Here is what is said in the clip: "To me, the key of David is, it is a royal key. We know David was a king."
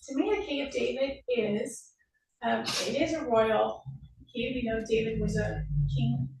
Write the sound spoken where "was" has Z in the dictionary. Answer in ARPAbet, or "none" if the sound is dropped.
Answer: Z